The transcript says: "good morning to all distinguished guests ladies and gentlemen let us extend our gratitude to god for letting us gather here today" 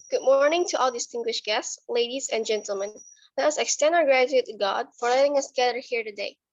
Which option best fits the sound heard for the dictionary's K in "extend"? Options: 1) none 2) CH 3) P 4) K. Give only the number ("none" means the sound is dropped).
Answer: 4